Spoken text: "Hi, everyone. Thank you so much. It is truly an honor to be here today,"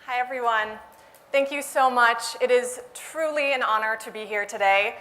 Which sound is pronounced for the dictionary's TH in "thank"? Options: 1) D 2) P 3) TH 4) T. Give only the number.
3